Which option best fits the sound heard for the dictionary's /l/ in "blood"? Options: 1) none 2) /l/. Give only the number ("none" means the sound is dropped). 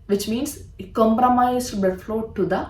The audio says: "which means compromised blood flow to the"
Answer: 1